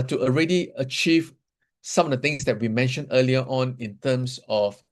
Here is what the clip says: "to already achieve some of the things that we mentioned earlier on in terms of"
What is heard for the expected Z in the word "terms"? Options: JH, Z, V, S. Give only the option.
S